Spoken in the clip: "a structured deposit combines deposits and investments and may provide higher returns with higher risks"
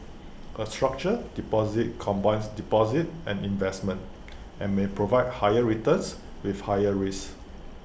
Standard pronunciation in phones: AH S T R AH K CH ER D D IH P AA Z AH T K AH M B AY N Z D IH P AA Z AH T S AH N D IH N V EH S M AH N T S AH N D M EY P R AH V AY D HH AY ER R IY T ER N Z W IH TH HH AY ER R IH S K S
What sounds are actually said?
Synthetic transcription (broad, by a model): AH S T R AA K CH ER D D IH P AA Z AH T K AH M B AY N S D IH P AA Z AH T AH N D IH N V EH S M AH N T AH N M EY P R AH V AY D HH AY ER R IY T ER N S W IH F HH AY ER R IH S S